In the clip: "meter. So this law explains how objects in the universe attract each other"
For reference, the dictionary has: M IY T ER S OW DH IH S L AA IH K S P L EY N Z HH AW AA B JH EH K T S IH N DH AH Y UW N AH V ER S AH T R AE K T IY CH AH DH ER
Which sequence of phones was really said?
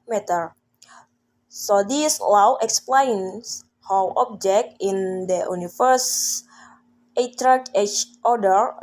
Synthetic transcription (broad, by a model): M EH T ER S OW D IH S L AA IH K S P L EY N S HH AW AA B JH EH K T IH N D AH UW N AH F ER S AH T R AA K EH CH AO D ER